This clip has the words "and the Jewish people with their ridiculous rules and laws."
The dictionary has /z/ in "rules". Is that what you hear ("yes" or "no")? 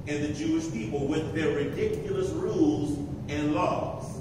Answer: yes